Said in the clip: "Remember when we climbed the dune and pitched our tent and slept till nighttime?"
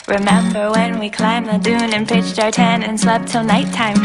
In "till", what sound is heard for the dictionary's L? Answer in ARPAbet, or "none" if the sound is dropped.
L